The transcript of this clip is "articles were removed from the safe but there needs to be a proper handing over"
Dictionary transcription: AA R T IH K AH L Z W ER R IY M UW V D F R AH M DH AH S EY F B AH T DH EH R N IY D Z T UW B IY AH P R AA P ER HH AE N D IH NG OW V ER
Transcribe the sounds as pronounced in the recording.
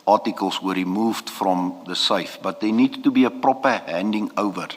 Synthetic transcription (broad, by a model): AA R T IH K AH L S W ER R IY M UW V D F R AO M DH AH S EY F B AH T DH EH N IY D T UW B IY AH P R AA P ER HH AE N D IH NG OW V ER